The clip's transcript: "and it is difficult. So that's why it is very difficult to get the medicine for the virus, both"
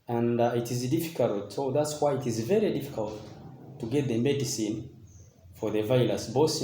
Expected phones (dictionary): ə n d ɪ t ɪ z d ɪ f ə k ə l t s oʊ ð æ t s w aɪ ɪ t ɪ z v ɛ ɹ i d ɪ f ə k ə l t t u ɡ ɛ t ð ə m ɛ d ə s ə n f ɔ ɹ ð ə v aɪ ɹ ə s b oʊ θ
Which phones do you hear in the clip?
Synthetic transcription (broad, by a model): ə n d ɪ t ɪ z d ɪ f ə k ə l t s oʊ ð æ t s w aɪ ɪ t ɪ z v ɛ ɹ i d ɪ f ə k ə l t t u ɡ ɛ t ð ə m ɛ d ə s ə n f ɔ ɹ ð ə v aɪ l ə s b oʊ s